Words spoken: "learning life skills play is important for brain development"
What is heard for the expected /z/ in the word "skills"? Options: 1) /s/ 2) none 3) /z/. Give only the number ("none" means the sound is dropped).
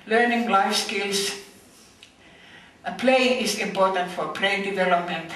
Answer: 1